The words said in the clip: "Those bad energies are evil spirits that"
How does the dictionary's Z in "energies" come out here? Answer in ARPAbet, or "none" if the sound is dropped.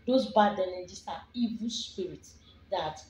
S